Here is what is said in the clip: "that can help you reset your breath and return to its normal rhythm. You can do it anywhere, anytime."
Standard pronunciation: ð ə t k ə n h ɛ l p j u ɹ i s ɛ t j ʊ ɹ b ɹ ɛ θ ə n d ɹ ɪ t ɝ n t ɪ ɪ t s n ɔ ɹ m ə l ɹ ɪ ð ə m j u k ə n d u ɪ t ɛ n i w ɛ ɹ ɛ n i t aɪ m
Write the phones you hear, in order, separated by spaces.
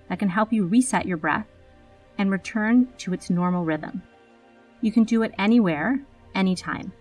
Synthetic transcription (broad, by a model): ð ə t k ə n h ɛ l p j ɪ ɹ i s ɛ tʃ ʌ ɹ b ɹ ɛ θ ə n ɹ ɪ t ɝ n t ɪ ɪ t s n ɔ ɹ m l ɹ ɪ ð ə m j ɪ k ə n d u ɪ t ɛ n i w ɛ ɹ ɛ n i t aɪ m